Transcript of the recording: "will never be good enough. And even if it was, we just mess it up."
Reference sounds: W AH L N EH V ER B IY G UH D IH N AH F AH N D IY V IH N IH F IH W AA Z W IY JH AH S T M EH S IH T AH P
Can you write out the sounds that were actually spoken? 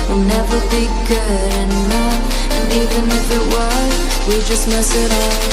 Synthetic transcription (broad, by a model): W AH N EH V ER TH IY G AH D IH N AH AH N IY V IH N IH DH IH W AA W IY JH AH S T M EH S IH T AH